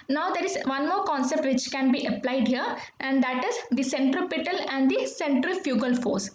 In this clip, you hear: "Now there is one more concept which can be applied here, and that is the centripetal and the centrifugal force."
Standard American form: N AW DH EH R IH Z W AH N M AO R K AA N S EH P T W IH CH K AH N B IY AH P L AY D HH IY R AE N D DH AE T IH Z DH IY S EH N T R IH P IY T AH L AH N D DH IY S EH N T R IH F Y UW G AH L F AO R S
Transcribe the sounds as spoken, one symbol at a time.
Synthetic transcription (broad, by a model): N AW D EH R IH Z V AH N M AO R K AA N S EH P T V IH CH K AH N B IY AH P L AY D HH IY R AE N D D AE T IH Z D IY S EH N T R IH P IY T AH L AH N D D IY S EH N T R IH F Y UW G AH L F AO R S